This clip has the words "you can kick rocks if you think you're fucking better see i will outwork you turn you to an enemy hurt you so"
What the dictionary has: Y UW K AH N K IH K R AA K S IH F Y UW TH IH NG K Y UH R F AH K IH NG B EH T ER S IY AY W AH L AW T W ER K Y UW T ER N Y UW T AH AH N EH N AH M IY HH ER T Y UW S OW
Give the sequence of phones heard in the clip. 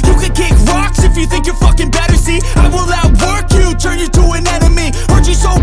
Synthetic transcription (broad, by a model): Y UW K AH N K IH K R AA K S IH F Y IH TH IH NG K Y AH R F AH K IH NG B EH T ER S IY AY W AH L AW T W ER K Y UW T ER N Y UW T AH AH N EH N AH M IY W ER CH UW S OW